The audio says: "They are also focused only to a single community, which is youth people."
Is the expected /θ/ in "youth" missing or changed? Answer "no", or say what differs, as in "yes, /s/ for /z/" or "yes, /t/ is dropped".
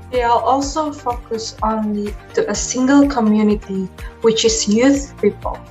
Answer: no